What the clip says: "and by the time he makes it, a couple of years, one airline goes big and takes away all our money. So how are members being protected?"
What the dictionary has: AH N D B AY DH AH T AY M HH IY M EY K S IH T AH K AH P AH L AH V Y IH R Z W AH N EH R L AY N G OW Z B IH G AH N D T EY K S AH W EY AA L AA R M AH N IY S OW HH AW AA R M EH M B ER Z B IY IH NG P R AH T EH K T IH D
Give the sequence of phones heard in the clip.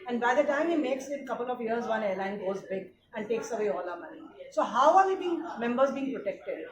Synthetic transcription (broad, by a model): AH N D B AY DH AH T AY M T M EY K S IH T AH K AH P AH L AH V Y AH R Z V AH N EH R L AY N G OW Z B IH G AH N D T EY K S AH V EY AA L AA M AH N IY S OW HH AW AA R M EH M B ER Z B IY IH NG P R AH T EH K T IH D